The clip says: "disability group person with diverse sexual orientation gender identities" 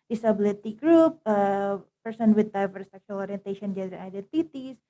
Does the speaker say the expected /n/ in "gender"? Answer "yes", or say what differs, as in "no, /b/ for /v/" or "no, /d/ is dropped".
no, /n/ is dropped